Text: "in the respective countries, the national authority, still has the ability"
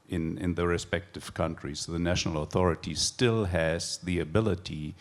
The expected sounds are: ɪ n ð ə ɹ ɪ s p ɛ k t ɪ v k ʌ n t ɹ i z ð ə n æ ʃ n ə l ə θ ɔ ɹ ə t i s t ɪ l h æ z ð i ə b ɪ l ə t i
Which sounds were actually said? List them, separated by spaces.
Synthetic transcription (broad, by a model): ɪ n ð ə ɹ ɪ s p ɛ k t ɪ v k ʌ n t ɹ i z ð ə n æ ʃ n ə l ə θ ɔ ɹ ə t i s t ɪ l h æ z ð i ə b ɪ l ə t i